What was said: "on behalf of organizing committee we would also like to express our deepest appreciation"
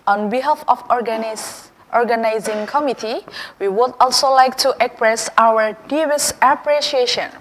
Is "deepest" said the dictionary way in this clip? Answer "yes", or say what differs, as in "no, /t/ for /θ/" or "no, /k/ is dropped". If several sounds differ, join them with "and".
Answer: no, /b/ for /p/